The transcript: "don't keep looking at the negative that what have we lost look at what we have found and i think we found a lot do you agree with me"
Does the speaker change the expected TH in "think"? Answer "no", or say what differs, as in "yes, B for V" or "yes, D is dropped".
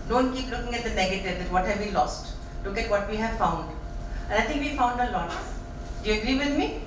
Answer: yes, T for TH